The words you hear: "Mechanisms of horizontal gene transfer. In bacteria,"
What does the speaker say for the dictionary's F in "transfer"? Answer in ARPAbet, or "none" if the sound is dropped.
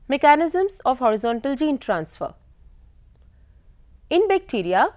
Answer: F